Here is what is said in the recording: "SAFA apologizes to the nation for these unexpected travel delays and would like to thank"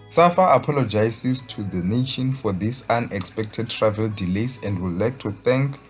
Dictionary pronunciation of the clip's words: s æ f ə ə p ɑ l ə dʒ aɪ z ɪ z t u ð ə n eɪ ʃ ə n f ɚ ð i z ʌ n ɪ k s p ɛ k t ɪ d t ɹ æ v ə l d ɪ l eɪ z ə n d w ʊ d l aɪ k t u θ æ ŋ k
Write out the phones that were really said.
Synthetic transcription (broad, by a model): s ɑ f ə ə p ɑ l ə dʒ aɪ s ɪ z t u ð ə n eɪ ʃ ə n f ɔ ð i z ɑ n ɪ k s p ɛ k t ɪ d t ɹ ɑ v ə l d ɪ l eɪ s ə n d w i l aɪ k t u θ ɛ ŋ k